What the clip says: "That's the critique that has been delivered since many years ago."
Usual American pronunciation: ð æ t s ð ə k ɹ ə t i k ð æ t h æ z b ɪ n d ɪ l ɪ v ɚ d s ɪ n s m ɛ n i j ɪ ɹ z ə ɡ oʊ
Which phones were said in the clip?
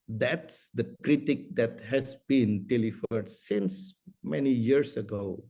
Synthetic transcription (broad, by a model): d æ t s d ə k ɹ ə t i k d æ t h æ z b ɪ n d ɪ l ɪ f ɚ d s ɪ n s m ɛ n i j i ɹ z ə ɡ oʊ